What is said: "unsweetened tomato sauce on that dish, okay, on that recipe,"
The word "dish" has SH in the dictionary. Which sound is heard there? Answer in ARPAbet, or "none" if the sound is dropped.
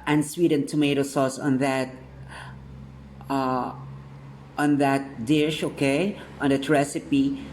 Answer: SH